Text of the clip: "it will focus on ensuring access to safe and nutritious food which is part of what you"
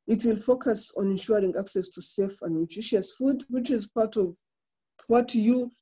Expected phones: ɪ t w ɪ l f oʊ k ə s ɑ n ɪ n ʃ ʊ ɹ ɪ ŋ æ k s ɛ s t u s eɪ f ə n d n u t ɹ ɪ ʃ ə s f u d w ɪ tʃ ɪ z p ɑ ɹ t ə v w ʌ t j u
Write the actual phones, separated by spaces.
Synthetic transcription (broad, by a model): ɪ t w ɪ l f oʊ k ə s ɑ n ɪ n ʃ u ɹ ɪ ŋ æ k s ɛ s t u s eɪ f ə n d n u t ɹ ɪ ʃ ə s f u d w ɪ tʃ ɪ z p ɑ ɹ t ə v w ʌ t j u